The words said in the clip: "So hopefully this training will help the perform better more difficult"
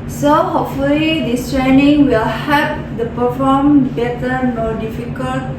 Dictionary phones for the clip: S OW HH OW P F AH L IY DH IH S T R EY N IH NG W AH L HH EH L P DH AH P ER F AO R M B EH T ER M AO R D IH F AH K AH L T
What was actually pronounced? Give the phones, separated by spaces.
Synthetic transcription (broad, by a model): S OW HH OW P F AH L IY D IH S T R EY N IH NG W AH L HH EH P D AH P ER F AO M B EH T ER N AO D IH F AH K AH L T